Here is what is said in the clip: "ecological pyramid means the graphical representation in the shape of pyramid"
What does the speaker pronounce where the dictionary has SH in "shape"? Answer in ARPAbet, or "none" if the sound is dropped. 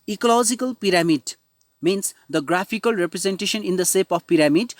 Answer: S